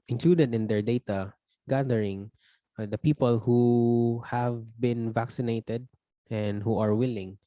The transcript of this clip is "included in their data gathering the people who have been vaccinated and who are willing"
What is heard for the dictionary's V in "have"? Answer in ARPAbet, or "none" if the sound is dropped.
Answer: V